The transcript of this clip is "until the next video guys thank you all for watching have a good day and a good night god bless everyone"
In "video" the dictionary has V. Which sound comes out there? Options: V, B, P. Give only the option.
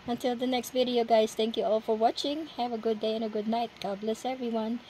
V